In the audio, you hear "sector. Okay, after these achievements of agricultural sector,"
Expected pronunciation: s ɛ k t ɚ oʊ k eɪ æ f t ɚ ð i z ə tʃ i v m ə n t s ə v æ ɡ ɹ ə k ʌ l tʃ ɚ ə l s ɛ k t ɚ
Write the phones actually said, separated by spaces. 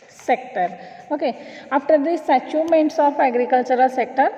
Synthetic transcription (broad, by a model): s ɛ k t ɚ oʊ k eɪ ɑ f t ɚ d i s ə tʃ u m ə n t s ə f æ ɡ ɹ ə k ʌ l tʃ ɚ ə l s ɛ k t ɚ